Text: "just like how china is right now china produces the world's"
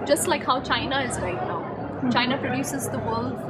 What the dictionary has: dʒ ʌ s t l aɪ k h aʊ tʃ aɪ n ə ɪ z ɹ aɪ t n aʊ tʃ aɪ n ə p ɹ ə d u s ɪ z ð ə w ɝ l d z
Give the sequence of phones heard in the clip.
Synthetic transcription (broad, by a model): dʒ ʌ s t l aɪ k h aʊ tʃ aɪ n ə ɪ z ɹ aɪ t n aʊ tʃ aɪ n ə p ɹ ə d u s ɪ z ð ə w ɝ l d